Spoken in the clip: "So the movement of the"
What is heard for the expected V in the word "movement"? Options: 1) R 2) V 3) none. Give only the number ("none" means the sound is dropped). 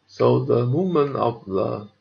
3